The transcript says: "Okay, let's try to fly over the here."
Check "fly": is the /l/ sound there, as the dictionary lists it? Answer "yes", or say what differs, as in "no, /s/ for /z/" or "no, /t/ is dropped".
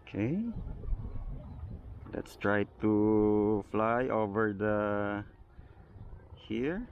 yes